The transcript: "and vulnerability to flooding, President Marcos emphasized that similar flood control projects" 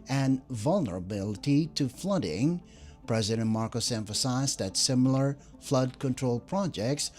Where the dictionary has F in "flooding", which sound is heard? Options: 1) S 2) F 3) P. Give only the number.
2